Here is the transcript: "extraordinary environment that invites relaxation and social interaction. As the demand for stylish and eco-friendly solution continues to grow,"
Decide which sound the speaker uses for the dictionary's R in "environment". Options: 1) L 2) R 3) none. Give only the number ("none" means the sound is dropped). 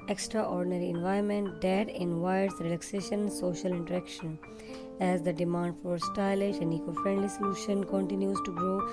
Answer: 3